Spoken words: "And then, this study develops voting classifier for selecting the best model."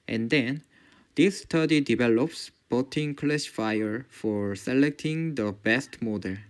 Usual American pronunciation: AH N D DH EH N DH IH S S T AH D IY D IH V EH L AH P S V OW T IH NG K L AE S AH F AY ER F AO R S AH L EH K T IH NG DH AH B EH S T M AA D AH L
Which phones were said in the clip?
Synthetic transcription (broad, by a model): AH N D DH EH N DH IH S S T AH D IY D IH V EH L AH P S B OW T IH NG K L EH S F AY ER F AO R S AH L EH K T IH NG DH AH B EH S T M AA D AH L